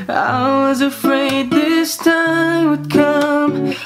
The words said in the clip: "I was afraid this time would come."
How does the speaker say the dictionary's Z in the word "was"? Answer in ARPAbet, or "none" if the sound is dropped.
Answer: Z